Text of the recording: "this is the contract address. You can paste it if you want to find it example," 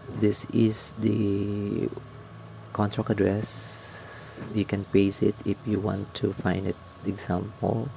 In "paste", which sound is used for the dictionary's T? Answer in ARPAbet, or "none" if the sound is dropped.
none